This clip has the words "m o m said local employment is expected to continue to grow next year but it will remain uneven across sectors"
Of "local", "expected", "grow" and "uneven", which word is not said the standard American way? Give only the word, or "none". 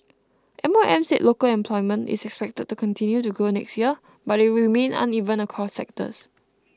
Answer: grow